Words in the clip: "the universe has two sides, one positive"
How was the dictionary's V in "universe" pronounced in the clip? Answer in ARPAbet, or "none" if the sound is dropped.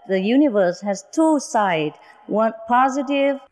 V